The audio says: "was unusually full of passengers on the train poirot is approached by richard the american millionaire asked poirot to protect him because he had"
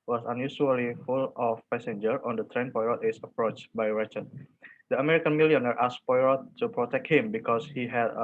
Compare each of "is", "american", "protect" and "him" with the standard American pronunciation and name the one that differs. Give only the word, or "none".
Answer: is